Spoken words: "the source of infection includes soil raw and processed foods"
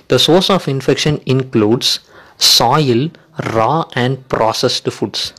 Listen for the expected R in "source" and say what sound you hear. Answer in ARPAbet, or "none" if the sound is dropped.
R